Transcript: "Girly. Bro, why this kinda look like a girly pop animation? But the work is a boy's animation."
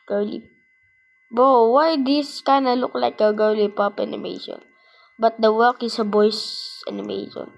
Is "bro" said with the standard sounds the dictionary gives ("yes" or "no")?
no